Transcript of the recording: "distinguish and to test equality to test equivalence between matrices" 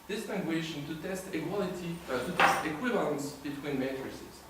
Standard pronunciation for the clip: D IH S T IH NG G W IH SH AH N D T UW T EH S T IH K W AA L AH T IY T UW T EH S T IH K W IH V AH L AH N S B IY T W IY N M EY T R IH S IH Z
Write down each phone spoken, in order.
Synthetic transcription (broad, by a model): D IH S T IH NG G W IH SH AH N T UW T EH S T IH K W AA L AH T IY T UW T EH S T IH K W IH V AH L AH N S B IY T W IY N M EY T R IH S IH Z